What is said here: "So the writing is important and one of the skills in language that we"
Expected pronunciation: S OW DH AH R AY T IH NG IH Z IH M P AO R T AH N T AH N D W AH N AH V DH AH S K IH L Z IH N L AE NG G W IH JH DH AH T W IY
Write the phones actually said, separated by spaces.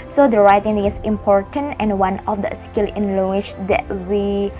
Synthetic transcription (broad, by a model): S OW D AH R AY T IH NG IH S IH M P AO R T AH N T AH N W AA N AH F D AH S K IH L IH N L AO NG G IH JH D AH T W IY